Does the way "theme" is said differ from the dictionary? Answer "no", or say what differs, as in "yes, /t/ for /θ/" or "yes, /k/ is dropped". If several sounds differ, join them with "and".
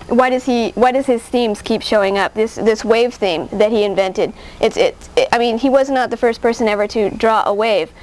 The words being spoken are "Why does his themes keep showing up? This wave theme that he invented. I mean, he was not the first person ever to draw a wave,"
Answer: no